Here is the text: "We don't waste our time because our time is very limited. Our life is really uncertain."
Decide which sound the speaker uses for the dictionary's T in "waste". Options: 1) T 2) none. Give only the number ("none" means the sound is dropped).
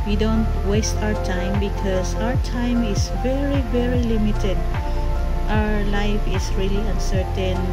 1